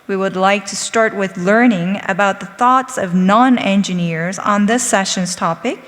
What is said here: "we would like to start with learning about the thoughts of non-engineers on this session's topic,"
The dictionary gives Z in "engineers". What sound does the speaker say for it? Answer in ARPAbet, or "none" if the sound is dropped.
Z